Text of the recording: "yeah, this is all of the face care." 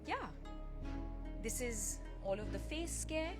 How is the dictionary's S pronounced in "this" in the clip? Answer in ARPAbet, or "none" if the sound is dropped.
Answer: S